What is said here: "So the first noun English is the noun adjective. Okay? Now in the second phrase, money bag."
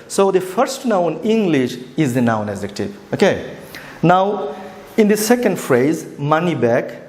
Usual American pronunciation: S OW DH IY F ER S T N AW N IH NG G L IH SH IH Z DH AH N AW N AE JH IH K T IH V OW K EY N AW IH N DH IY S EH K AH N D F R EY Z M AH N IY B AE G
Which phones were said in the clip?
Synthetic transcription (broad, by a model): S OW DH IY F ER S T N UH N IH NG G L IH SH IH Z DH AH N AW N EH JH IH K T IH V OW K EY N AW IH N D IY S EH K AH N D F R EY Z M AH N IY B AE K